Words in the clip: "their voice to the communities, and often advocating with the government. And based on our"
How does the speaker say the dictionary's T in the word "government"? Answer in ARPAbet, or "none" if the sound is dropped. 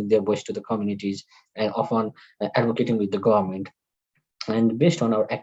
T